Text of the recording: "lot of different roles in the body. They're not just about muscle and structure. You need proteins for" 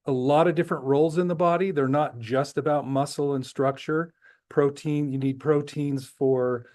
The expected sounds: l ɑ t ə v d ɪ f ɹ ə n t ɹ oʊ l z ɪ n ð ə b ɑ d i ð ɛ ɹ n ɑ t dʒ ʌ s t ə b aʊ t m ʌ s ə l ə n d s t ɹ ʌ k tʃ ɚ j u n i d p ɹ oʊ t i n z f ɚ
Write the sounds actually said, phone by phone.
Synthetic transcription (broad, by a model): l ɑ t ə v d ɪ f ɹ ə n t ɹ oʊ l z ɪ n ð ə b ɑ d i ð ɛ ɹ n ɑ t dʒ ʌ s t ə b aʊ t m ʌ s l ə n s t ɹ ʌ k tʃ ɚ j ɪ n i d p ɹ oʊ t i n z f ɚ